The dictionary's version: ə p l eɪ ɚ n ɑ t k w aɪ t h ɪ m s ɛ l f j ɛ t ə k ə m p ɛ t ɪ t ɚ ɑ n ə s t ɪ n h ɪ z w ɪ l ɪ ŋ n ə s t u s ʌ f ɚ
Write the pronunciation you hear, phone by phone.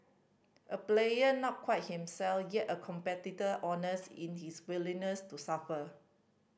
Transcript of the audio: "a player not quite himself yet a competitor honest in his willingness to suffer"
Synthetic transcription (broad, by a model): ə p l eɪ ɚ n ɑ t k w aɪ t h ɪ m s ɛ l f j ɛ t ə k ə m p ɛ t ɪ t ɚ ɑ n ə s ɪ n h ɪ s w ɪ l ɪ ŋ n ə s t u s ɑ f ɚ